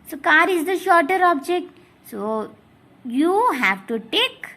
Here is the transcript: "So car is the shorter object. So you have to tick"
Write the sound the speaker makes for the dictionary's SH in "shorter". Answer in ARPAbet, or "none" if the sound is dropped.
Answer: SH